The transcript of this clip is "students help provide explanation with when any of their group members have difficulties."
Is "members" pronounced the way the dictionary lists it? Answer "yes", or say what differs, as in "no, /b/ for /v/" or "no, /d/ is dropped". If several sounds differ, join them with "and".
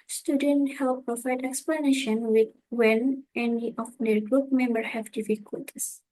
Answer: no, /z/ is dropped